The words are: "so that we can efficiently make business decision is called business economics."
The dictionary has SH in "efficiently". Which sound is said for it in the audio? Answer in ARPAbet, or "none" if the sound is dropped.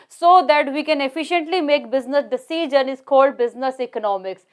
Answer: SH